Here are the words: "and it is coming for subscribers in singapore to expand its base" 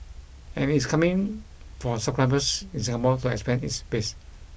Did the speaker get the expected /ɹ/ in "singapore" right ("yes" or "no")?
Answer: no